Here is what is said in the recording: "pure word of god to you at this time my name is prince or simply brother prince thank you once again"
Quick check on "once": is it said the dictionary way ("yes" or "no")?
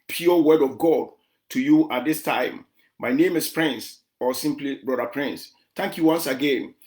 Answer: yes